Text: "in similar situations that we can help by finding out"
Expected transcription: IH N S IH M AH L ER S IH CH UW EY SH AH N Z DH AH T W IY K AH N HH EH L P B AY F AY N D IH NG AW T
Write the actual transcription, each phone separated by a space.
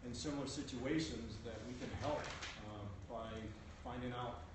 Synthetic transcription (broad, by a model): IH N S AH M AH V S IH CH UW EY SH AH N Z DH AH T W IY K AH N HH EH L P B AY F AY N D IH NG AW T